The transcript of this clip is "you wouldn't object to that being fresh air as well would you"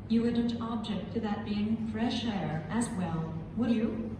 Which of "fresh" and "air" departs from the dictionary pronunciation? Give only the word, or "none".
none